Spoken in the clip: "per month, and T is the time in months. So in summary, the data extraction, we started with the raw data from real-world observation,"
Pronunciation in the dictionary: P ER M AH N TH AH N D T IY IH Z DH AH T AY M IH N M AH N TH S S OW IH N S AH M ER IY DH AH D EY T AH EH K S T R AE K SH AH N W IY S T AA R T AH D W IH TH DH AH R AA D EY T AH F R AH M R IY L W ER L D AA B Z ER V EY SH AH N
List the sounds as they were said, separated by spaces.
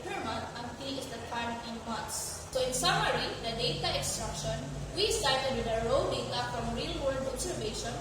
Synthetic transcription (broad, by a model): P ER M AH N T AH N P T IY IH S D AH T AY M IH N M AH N S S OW IH N S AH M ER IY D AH D EY T AH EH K S T R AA K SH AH N W IY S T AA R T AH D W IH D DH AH R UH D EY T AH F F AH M R IY L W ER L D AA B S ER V EY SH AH N